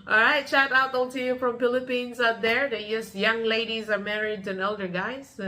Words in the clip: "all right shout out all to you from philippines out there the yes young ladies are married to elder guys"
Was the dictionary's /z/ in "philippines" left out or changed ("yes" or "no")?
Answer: no